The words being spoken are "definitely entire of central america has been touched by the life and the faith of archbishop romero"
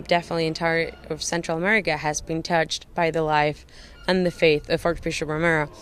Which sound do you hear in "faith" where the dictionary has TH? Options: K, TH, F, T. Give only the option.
TH